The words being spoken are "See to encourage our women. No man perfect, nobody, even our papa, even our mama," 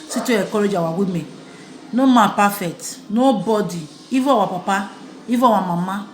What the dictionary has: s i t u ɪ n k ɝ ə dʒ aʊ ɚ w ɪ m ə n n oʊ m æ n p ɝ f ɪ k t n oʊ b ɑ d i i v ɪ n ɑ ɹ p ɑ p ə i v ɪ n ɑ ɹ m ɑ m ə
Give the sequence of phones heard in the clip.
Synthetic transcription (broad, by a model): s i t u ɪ k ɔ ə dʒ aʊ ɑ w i m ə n n oʊ m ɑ p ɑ f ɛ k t n oʊ b ɑ d i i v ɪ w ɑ p ɑ p ə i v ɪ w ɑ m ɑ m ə